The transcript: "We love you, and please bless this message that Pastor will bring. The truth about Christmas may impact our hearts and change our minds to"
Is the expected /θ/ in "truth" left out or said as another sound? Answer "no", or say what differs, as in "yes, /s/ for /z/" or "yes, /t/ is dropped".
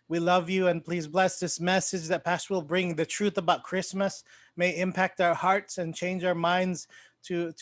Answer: no